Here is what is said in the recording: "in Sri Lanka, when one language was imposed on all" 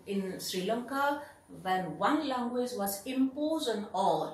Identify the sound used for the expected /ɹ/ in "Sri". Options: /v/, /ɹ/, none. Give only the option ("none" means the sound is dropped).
/ɹ/